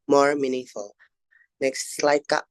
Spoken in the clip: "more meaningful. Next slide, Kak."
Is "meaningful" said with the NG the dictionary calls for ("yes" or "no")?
no